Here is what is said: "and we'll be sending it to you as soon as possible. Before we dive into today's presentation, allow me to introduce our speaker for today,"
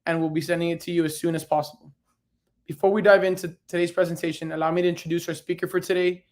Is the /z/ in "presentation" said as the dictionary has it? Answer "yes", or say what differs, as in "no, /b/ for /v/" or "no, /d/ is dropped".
yes